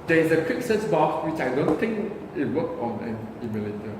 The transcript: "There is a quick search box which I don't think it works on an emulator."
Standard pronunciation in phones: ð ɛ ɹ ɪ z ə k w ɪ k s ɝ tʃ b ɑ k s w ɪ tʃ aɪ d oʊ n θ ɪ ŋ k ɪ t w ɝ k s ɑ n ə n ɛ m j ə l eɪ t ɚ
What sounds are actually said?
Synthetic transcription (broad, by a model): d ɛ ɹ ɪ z ə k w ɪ k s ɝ s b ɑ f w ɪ tʃ aɪ d oʊ n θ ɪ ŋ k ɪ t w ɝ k ɑ n ə n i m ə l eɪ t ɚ